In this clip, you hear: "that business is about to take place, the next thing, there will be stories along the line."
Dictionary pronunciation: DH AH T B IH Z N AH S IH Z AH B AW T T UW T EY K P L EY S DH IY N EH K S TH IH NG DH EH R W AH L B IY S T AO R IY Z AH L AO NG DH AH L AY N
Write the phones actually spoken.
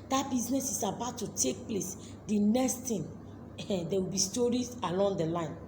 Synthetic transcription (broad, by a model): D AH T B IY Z N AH S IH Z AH B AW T T UW T EY K P L EY S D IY N EH K S T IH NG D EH W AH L B IY S T AO R IY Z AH L AO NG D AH L AY N